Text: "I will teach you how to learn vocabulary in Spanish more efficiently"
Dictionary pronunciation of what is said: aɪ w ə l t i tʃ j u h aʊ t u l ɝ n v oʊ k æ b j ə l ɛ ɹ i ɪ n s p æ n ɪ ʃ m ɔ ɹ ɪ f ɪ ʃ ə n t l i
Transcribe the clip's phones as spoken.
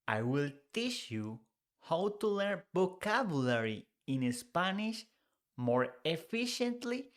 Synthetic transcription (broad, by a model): aɪ w ə l t i tʃ j u h aʊ t u l ɝ n b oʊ k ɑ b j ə l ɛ ɹ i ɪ n s p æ n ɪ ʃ m ɔ ɹ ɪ f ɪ ʃ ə n t l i